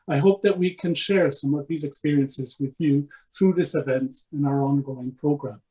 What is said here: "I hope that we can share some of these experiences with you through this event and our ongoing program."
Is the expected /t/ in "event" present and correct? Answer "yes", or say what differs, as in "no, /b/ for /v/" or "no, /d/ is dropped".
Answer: yes